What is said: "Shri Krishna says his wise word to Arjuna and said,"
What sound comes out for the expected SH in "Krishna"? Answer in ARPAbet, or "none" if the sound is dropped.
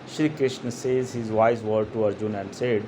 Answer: SH